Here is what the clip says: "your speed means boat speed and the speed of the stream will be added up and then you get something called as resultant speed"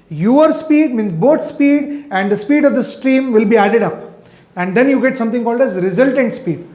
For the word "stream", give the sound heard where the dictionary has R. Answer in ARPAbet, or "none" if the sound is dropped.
R